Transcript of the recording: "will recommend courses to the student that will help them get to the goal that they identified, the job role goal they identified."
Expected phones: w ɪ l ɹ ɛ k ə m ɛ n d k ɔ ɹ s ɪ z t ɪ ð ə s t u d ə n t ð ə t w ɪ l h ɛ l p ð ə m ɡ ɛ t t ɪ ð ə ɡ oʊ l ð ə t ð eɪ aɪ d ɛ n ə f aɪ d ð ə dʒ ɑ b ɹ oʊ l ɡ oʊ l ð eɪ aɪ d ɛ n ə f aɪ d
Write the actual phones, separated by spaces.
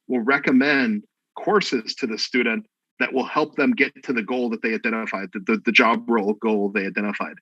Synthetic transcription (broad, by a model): w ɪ l ɹ ɛ k ə m ɛ n d k ɔ ɹ s ɪ z t ɪ ð ə s t u d n t ð ə t w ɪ l h ɛ l p ð ə m ɡ ɛ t t ɪ ð ə ɡ oʊ l ð ə t ð eɪ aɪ d ɛ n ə f aɪ d ð ə dʒ ɑ b ɹ oʊ l ɡ oʊ l ð eɪ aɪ d ɛ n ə f aɪ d